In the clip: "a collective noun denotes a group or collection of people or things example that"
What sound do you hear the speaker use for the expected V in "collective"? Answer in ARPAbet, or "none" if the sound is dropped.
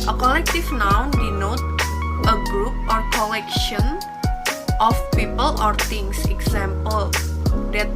F